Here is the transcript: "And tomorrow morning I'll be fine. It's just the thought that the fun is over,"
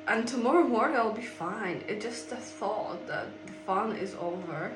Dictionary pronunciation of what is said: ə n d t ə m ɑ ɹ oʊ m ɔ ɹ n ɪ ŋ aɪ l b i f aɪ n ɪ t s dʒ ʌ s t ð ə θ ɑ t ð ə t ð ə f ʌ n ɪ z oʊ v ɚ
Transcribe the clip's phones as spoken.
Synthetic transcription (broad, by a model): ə n t ə m ɑ ɹ oʊ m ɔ ɹ ɪ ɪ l b i f aɪ n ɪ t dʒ ʌ s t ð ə θ ɑ t ð ə t ð ə f ʌ n ɪ z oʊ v ɚ